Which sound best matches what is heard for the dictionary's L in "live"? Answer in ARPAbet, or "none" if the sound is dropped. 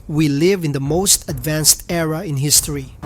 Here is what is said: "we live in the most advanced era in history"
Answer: L